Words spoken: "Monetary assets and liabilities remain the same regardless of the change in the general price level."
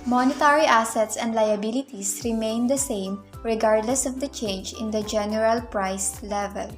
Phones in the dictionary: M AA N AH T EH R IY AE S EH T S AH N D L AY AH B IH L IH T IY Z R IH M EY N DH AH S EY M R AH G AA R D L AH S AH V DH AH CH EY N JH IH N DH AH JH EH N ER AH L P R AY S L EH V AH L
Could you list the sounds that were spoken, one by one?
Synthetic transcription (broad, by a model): M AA N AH T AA R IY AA S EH T S AH N D L AY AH B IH L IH T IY S R IH M EY N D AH S EY M R AH G AA R D L AH S AH V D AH CH EY N JH IH N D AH JH EH N ER AH L P R AY S L EH V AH L